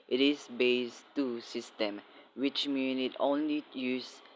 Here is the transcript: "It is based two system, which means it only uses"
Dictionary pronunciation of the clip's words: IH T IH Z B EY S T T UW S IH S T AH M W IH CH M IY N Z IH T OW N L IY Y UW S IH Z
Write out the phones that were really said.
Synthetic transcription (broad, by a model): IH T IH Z B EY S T T UW S IH S T AH M W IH CH M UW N IH T OW N L IY Y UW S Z